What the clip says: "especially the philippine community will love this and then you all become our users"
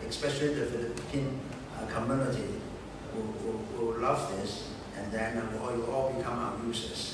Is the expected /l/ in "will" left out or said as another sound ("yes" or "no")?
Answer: yes